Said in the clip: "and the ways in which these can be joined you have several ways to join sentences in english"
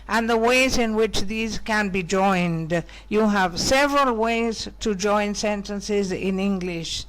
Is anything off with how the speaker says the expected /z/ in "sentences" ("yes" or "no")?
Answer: no